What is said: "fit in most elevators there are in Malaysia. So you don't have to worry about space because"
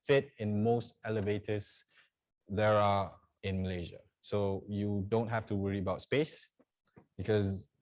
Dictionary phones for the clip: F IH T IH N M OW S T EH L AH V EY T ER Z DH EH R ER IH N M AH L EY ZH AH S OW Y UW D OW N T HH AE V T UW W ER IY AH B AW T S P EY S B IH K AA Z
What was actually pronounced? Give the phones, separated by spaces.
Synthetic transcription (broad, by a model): F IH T IH N M OW S T EH L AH V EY T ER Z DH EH R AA IH N M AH L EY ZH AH S OW Y UW D OW N T HH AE F T UW W ER IY AH B AW T S P EY S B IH K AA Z